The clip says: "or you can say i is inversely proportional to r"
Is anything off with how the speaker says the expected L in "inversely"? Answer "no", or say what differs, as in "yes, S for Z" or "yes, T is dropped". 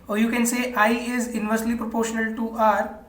no